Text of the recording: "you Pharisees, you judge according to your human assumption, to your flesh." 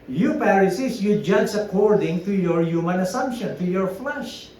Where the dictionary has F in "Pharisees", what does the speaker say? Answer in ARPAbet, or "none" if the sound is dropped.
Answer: P